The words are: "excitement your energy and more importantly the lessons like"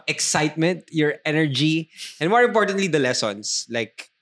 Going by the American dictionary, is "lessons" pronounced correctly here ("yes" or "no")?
no